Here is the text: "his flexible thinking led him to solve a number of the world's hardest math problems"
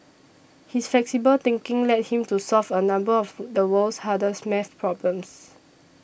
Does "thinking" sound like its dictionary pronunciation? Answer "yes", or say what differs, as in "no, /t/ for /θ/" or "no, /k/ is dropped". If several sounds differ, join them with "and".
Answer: no, /t/ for /θ/